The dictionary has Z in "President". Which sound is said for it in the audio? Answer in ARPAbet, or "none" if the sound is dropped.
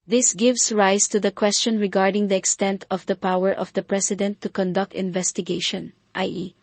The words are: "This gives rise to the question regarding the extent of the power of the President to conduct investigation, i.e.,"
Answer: S